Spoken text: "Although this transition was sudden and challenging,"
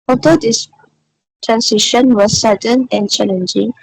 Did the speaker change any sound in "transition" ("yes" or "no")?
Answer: yes